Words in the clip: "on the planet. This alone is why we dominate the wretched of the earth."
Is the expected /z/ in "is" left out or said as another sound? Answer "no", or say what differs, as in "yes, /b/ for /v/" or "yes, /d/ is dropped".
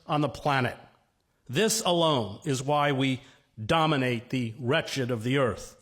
no